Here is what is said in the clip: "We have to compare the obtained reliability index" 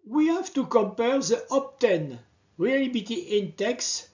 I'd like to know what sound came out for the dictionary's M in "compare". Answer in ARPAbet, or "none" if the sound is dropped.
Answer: M